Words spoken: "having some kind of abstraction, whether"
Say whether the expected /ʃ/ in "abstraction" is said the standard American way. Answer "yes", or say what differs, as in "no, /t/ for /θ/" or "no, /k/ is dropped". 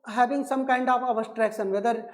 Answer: no, /s/ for /ʃ/